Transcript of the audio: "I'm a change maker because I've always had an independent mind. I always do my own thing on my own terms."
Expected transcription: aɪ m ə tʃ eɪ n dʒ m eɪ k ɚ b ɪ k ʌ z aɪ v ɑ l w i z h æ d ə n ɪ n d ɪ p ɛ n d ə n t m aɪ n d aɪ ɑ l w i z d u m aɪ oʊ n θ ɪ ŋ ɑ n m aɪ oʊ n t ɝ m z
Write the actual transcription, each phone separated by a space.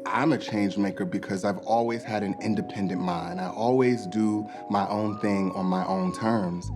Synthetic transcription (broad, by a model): aɪ m ə tʃ eɪ n dʒ m eɪ k ɚ b ɪ k ʌ z aɪ v ɑ l w i z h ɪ d ə n ɪ n d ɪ p ɛ n d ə n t m aɪ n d aɪ ɑ l w i z d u m aɪ oʊ n θ ɪ ŋ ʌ n m aɪ oʊ n t ɝ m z